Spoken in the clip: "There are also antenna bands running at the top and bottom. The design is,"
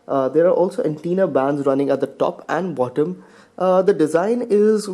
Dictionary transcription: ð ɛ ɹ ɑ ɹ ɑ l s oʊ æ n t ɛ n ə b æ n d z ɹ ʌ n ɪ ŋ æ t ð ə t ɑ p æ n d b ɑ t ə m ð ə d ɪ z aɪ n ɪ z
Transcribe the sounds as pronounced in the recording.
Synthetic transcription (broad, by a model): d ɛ ɹ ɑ ɹ ɑ l s oʊ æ n t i n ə b æ n d z ɹ ʌ n ɪ ŋ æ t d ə t ɑ p æ n d b ɑ t ə m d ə d ɪ z aɪ n ɪ z